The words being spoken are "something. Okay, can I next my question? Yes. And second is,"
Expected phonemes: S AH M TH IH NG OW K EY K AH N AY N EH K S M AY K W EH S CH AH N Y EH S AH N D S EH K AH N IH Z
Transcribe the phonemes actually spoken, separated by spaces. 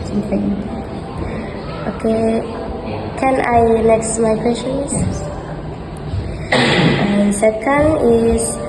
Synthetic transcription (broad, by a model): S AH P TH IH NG OW K EY K AH N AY L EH K S M AY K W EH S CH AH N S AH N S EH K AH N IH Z